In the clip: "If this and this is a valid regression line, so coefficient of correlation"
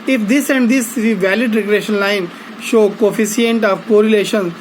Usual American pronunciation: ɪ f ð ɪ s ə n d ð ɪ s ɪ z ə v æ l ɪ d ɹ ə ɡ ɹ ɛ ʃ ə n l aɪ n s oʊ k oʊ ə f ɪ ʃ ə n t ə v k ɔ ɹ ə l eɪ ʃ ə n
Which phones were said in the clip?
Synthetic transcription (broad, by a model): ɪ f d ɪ s ə n d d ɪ s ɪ ə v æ l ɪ d ɹ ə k ɹ ɛ ʃ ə n l aɪ n ʃ oʊ k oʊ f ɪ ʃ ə n t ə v k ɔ ɹ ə l eɪ ʃ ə n